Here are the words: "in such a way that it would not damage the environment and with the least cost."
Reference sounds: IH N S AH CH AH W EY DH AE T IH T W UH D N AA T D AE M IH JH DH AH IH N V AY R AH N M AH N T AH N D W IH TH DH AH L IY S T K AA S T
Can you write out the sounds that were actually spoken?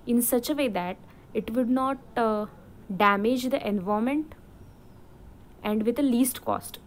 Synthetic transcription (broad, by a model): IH N S AH CH AH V EY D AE T IH T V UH D N AA T D AE M IH JH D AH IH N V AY AH M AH N T AH N D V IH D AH L IY S T K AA S T